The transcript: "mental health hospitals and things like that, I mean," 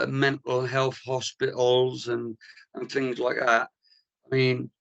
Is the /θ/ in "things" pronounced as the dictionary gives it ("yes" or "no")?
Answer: yes